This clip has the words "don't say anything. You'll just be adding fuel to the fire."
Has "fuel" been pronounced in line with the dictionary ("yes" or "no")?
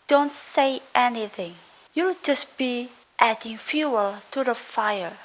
yes